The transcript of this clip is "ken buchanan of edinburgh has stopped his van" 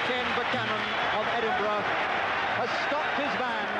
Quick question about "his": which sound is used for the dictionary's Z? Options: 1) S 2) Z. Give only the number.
2